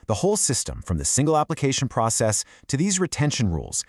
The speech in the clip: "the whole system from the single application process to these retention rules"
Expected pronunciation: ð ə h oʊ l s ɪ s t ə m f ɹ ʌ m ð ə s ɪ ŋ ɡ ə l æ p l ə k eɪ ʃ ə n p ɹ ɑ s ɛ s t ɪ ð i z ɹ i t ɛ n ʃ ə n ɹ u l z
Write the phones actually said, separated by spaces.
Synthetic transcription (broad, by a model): ð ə h oʊ l s ɪ s t ə m f ɹ ʌ m ð ə s ɪ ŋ ɡ l æ p l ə k eɪ ʃ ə n p ɹ ɑ s ɛ s t ɪ ð i z ɹ i t ɛ n ʃ ə n ɹ u l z